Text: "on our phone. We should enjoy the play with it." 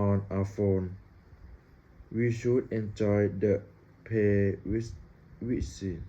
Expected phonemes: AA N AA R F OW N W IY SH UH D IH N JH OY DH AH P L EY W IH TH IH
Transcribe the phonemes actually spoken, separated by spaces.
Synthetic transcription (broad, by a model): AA N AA F OW N W IY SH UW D IH N JH OY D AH P EY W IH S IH